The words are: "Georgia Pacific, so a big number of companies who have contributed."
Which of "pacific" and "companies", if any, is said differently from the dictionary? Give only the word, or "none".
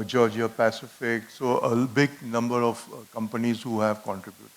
none